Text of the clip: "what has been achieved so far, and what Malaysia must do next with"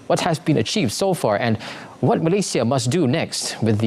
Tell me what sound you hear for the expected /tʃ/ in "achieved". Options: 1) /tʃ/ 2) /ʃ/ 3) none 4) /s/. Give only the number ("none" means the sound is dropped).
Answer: 1